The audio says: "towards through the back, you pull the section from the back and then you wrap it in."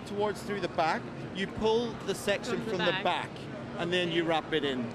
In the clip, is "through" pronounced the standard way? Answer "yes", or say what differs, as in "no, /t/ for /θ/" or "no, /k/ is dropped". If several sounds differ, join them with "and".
yes